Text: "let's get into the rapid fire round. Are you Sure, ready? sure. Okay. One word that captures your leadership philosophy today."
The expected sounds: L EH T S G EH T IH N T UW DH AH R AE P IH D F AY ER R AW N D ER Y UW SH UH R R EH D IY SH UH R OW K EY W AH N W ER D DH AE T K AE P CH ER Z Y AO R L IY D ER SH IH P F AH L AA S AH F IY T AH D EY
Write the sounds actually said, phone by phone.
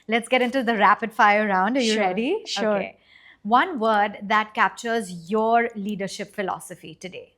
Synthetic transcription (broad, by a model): L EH T S G EH T IH N T UW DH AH R AE P IH D F AY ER R AW N D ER Y UW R R EH D IY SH OW K EY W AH N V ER D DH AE T K AE P CH ER Z Y AO R L IY D ER SH IH P F AH L AA S AH F IY T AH D EY